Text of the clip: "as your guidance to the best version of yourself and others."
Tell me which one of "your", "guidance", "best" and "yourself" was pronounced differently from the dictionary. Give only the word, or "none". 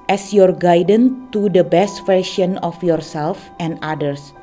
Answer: guidance